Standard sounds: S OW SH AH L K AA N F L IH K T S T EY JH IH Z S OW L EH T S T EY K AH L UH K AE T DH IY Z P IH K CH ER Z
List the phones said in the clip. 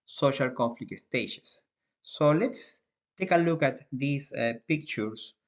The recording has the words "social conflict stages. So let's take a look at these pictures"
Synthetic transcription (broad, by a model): S OW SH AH L K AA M F L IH K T S T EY SH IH S OW L EH T S T EY K AH L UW K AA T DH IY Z P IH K CH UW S